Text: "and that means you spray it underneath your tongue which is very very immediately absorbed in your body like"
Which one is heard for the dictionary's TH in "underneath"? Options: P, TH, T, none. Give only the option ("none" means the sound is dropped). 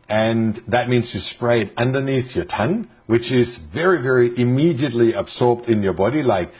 TH